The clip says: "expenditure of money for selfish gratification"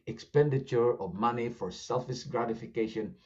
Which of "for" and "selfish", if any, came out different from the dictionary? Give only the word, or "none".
selfish